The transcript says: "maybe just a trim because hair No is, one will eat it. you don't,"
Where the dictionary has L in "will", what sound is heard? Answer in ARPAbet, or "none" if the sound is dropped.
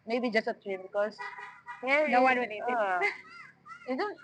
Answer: N